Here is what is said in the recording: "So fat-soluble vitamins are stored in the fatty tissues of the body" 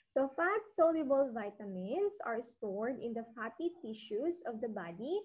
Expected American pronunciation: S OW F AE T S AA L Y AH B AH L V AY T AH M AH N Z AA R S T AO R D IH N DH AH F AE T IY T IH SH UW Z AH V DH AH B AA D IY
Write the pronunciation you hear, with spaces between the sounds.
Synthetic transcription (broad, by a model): S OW F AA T S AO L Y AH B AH L V AY T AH M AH N S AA R S T AO R D IH N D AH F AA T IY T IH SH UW S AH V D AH B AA D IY